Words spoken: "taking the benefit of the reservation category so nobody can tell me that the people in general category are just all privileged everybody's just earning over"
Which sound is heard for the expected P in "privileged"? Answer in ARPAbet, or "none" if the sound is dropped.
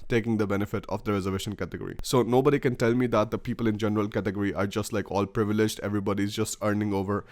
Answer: P